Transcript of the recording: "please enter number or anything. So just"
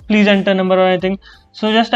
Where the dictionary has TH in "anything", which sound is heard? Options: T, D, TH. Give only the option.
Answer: T